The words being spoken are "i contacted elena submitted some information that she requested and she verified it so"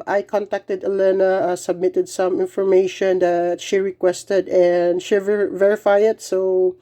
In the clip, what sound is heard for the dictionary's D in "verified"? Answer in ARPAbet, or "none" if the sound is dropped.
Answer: none